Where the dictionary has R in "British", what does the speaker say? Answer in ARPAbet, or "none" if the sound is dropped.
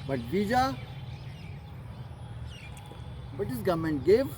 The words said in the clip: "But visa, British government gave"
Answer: none